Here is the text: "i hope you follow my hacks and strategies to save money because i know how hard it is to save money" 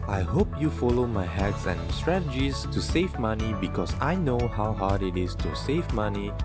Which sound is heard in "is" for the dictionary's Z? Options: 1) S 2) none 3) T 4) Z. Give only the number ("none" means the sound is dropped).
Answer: 1